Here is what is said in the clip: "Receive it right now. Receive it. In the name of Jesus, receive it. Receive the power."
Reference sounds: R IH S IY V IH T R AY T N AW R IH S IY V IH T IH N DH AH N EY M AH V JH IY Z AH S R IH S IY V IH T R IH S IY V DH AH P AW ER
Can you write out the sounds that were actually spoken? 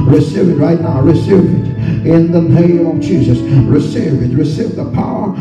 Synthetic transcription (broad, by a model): R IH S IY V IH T R AY T N AW R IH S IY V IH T IH N DH AH N EY M AH V JH IY Z AH S R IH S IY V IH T R IH S IY V DH AH P AW ER